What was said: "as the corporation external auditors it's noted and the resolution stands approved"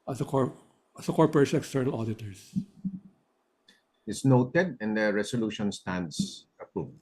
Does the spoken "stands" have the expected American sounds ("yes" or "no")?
no